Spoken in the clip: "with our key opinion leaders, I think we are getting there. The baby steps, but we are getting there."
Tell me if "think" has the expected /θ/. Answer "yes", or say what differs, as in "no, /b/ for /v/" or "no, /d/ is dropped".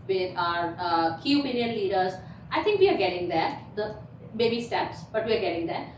no, /t/ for /θ/